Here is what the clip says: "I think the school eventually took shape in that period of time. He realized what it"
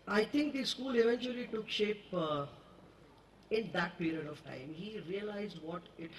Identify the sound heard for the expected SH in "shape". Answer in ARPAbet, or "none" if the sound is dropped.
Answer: SH